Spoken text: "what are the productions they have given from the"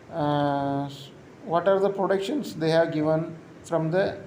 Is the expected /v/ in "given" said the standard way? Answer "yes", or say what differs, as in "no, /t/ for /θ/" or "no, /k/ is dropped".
yes